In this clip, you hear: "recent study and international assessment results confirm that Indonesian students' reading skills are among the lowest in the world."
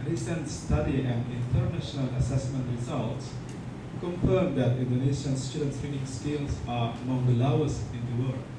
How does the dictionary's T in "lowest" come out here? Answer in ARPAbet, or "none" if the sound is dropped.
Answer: none